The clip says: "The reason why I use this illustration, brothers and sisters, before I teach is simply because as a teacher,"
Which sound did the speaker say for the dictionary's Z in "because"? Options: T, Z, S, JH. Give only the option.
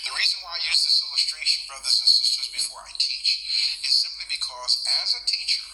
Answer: Z